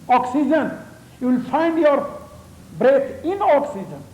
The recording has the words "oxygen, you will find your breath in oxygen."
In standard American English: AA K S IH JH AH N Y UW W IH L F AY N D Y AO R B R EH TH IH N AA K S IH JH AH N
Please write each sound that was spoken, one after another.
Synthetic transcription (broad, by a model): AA K S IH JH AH N Y UW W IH L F AY N D Y AO R B R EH T IH N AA K S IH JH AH N